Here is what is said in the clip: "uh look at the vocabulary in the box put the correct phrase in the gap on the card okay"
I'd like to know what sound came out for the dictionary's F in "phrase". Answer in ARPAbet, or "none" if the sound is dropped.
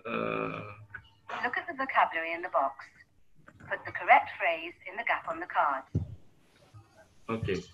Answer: F